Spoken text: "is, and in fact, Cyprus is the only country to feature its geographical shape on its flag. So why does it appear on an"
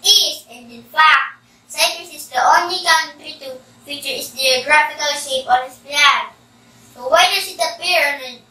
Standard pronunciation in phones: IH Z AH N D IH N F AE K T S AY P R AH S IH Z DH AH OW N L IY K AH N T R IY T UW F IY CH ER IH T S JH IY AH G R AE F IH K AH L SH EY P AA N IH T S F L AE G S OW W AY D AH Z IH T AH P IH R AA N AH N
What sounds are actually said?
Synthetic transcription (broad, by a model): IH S AH N D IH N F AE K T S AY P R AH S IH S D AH OW N L IY K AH N T R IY T UW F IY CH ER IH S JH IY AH G R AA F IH K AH L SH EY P AA N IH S P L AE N S OW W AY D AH S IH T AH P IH R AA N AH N